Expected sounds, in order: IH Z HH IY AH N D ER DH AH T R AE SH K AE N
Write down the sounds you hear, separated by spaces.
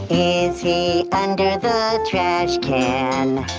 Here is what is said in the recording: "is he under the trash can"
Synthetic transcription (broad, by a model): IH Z HH IY AH N D ER DH AH T R AE SH K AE N